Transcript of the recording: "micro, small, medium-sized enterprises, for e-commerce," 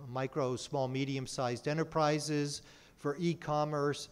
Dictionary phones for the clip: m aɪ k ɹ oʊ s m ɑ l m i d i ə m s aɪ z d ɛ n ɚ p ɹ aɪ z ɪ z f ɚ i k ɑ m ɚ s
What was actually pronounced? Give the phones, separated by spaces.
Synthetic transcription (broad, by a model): m aɪ k ɹ oʊ s m ɑ l m i d i ə m s aɪ z d ɛ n ɚ p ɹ aɪ z ɪ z f ɚ i k ɑ m ɚ s